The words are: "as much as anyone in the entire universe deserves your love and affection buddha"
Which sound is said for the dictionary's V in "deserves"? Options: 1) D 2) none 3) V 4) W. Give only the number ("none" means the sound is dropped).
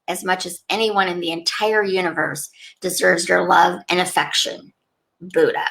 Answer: 3